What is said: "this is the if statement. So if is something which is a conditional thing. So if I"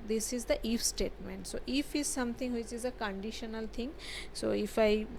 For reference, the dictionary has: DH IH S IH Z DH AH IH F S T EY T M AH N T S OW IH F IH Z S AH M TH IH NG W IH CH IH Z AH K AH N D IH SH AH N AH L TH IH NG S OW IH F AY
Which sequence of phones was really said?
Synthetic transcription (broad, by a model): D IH S IH Z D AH IH F S T EY T M AH N T S OW IH F IH Z S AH M T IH NG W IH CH IH Z AH K AH N D IH SH AH N AH L T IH NG S OW IH F AY